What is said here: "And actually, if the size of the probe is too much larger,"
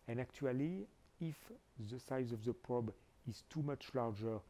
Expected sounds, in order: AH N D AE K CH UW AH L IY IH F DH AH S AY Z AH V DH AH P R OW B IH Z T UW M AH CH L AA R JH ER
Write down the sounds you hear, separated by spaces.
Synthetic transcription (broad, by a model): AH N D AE K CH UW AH L IY IH F DH AH S AY Z AH V DH AH P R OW B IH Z T UW M AH CH L AA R JH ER